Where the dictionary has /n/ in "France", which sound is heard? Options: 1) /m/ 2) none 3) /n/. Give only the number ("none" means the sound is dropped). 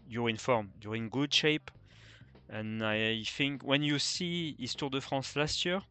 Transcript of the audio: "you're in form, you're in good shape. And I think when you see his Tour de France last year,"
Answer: 2